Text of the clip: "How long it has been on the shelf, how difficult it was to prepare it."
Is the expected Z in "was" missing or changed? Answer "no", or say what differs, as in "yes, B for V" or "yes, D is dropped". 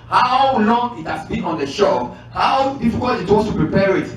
yes, S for Z